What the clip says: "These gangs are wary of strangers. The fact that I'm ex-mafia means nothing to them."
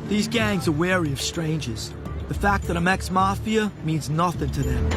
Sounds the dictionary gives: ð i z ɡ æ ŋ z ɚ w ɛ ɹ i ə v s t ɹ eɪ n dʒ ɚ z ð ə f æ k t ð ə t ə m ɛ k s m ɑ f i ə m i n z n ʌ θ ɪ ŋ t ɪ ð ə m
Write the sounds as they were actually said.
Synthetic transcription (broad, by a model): ð i z ɡ æ ŋ z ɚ w ɛ ɹ i ə v s t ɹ eɪ n dʒ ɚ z ð ə f æ k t ð ə t ə m ɛ k s m ɑ f i ə m i n z n ʌ θ ɪ ŋ t ɪ ð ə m